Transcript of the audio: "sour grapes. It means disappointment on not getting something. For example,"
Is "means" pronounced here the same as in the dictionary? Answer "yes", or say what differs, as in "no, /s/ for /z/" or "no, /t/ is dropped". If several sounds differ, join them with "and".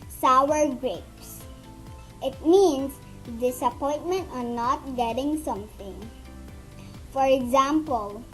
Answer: no, /s/ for /z/